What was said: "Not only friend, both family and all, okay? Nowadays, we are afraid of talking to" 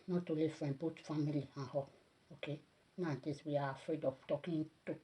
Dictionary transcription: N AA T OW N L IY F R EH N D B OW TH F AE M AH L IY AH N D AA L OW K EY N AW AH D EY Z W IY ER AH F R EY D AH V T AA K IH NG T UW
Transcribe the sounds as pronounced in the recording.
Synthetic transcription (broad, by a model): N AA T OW L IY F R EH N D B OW T F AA M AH L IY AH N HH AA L OW K EY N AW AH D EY S W IY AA AH F R EY D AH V T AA K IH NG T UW